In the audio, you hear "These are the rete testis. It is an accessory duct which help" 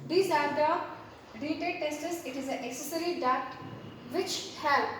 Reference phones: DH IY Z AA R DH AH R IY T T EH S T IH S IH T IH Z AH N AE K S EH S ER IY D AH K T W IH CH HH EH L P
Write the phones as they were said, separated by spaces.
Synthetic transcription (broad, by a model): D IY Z AA R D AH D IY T T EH S T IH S IH T IH Z AH N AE K S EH S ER IY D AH T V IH CH HH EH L